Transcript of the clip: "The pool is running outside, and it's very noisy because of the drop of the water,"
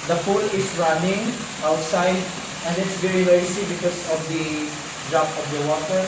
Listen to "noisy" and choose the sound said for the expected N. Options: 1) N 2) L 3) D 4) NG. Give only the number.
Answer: 2